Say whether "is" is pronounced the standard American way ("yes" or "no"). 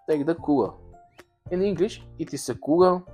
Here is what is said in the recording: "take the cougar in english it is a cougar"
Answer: no